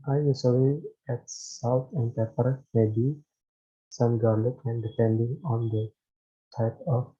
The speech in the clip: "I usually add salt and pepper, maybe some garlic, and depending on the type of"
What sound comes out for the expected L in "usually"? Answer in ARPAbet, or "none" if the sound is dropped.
W